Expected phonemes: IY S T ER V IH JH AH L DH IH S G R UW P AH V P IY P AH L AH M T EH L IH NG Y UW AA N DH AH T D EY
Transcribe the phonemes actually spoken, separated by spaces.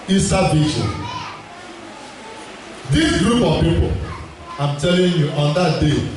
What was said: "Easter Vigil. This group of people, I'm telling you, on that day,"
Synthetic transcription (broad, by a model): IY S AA B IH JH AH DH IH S G R UW P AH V P IY P AH L AH M T EH L IH NG Y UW AA N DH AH T D EY